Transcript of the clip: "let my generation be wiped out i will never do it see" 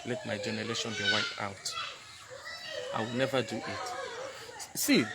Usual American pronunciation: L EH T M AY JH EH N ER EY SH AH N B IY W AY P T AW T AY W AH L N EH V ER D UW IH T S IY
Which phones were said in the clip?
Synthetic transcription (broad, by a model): L EH T M AY JH EH N ER EY SH AH N B IY W AY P AW T AY W AH L N EH V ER D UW IH T S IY